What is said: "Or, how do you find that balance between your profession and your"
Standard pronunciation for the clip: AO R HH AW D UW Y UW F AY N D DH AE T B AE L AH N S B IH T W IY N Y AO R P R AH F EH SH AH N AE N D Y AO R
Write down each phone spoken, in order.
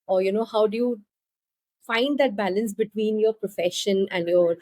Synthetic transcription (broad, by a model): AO R HH AW D UW Y UW F AY N D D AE T B AE L AH N S B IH T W IY N Y AO R P R AH F EH SH AH N AE N D Y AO R